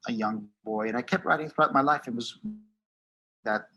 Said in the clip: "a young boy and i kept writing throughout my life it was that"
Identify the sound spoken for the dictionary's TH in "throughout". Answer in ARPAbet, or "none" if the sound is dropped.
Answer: TH